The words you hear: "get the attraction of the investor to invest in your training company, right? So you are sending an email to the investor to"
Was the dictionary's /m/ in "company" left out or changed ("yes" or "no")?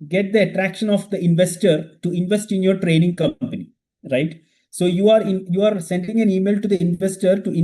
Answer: no